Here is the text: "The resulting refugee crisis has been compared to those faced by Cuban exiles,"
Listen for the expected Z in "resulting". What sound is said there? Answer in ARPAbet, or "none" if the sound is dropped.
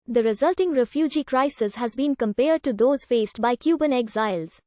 Z